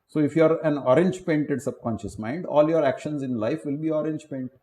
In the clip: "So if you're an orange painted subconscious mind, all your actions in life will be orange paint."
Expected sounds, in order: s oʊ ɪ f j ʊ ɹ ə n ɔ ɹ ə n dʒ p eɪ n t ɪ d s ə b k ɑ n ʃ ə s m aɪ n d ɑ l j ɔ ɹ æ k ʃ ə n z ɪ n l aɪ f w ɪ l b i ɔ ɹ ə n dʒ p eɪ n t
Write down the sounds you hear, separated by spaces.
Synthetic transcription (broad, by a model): s oʊ ɪ f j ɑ ɹ ə n ɔ ɹ ə n dʒ p eɪ n t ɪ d s ə b k ɑ n ʃ ə s m aɪ n d ɑ l j ɔ ɹ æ k ʃ ə n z ɪ n l aɪ f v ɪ l b i ɔ ɹ ə n dʒ p eɪ n t